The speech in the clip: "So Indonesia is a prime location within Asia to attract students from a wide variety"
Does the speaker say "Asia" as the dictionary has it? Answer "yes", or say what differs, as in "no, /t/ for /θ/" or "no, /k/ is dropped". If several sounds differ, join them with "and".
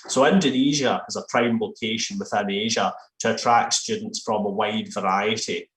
yes